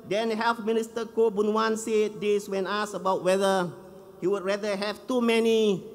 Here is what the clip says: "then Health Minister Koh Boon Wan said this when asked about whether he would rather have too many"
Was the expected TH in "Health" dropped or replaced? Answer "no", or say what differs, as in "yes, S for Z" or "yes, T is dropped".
yes, F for TH